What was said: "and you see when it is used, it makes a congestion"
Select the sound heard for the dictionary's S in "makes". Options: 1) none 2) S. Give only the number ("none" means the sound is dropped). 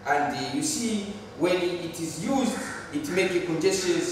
1